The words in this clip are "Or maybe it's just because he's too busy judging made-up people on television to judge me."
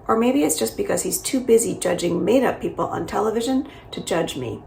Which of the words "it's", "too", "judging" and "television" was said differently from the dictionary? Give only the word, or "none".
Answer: none